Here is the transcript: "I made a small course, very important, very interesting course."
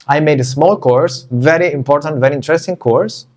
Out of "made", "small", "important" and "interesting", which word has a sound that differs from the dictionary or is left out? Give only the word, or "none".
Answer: none